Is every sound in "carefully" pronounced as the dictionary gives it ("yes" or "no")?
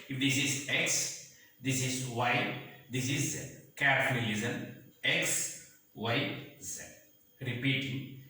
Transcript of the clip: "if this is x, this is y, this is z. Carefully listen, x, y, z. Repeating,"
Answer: no